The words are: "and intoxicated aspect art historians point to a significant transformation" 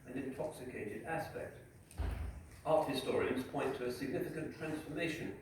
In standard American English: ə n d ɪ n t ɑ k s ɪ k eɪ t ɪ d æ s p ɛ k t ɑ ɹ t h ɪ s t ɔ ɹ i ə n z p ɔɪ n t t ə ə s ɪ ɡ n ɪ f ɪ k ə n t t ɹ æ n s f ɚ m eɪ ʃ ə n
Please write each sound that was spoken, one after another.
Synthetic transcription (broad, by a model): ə n ɪ n t ɑ k s ɪ k eɪ t ɪ d æ s p ɛ k t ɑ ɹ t h ɪ s t ɔ ɹ i ə n z p ɔɪ n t t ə ə s ɪ ɡ n ɪ f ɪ k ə n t t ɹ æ n s f ɚ m eɪ ʃ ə n